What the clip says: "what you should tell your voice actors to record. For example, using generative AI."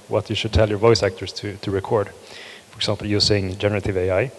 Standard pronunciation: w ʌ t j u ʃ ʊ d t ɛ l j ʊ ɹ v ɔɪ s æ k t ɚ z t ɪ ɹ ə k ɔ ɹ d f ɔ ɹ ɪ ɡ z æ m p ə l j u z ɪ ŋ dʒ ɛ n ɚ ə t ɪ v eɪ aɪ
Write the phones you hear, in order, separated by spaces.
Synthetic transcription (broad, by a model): w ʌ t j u ʃ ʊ d t ɛ l j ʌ ɹ v ɔɪ s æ k t ɚ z t ɪ ɹ ə k ɔ ɹ d f ɔ ɹ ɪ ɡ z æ m p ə l j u s ɪ ŋ dʒ ɛ n ɚ ə t ɪ v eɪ aɪ